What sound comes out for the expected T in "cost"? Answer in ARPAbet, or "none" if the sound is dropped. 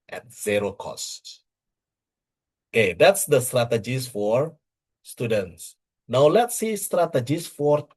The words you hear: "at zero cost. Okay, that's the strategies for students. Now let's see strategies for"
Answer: T